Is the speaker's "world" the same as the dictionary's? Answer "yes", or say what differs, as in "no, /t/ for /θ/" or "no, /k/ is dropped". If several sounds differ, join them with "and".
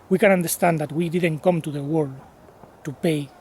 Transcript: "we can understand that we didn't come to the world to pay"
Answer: no, /l/ is dropped